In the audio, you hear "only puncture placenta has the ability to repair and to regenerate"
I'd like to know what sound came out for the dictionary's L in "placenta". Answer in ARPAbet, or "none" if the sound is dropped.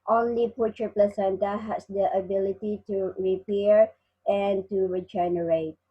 L